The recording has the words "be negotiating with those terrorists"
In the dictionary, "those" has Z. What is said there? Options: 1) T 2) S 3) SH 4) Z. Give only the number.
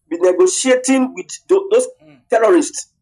2